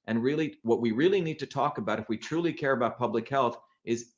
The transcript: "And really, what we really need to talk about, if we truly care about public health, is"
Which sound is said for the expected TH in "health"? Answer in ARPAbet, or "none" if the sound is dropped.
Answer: TH